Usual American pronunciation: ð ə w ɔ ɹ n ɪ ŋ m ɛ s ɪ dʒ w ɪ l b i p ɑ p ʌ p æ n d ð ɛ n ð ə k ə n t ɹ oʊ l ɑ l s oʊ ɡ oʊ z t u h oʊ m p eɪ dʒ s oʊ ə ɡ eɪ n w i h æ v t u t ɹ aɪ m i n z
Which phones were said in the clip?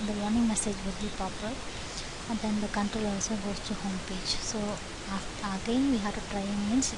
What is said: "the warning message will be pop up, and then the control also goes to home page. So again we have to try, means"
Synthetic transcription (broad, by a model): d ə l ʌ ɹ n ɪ ŋ m ɛ s ɪ dʒ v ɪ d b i p ɑ p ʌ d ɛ n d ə k ə n t ɹ oʊ l ɑ l s oʊ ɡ oʊ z t u h oʊ m p eɪ dʒ s oʊ ə ɡ eɪ n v i h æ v t u t ɹ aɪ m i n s